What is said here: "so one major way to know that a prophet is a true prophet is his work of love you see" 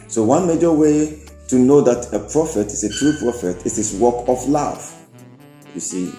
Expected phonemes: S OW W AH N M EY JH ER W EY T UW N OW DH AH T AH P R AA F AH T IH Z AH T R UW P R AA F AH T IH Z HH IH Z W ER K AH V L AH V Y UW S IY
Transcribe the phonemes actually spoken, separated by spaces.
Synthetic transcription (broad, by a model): S OW W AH N M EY JH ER W EY T UW N OW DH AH T AH P R AA F AH T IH S AH T R UW P R AA F AH T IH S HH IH S W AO K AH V L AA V Y UW S IY